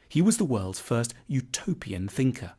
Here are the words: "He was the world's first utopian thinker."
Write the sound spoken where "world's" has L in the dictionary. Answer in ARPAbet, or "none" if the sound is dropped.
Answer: L